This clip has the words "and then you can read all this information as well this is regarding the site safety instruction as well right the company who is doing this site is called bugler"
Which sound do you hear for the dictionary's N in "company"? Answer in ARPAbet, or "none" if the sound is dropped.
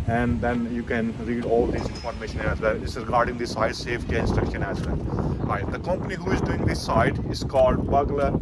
N